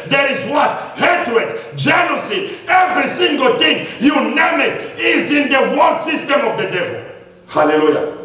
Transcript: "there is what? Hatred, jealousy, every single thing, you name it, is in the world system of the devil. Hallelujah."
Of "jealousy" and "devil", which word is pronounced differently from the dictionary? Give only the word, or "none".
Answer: jealousy